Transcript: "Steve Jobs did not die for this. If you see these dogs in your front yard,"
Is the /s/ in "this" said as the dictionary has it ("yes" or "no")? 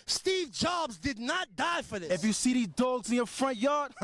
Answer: no